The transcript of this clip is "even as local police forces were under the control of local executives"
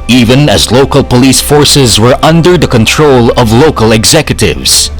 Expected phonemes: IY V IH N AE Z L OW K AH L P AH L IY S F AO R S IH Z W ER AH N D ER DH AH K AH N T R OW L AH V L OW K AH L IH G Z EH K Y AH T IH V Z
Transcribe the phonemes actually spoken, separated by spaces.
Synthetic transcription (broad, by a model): IY V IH N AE Z L OW K AH L P AH L IY S F AO R S IH Z W ER AH N D ER DH AH K AH N T R OW L AH V L OW K AH L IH G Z EH K Y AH T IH V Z